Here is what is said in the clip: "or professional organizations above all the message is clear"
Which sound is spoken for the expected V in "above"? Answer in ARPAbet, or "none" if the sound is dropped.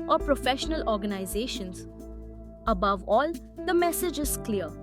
V